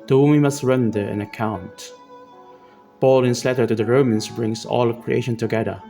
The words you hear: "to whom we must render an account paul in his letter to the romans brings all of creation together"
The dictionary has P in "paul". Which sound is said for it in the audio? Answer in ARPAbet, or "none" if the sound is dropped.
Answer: B